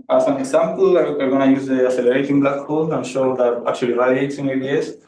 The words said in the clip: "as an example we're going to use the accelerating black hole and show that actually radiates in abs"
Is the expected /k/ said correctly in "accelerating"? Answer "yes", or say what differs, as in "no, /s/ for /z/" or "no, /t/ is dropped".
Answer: no, /k/ is dropped